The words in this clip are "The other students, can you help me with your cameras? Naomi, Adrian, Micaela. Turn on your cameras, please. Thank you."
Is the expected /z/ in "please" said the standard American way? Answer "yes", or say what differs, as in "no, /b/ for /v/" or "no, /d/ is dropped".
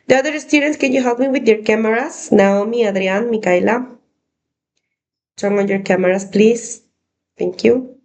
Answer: no, /s/ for /z/